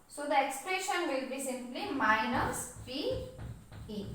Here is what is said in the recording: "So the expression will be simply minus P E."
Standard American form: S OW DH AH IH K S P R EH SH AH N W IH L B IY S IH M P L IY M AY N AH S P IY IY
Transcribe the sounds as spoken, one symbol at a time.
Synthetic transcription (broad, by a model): S OW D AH IH K S P R EH SH AH N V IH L B IY S IH M P L IY M AY N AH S F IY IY